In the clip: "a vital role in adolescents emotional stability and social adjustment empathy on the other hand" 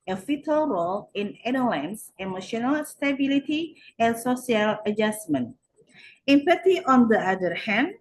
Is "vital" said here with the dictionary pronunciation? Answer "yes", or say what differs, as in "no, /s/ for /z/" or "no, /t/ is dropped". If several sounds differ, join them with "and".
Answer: no, /f/ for /v/